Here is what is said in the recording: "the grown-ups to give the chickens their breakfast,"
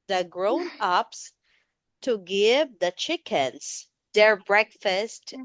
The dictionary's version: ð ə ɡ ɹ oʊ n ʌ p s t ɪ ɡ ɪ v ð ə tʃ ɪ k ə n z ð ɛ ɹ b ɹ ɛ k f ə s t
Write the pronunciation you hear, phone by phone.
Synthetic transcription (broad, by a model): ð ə ɡ ɹ oʊ n ʌ p s t ɪ ɡ ɪ v ð ə tʃ ɪ k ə n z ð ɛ ɹ b ɹ ɛ k f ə s t